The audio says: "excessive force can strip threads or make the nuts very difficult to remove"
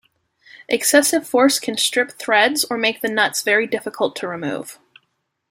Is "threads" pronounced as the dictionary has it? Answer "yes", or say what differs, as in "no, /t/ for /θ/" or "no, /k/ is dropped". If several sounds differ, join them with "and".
yes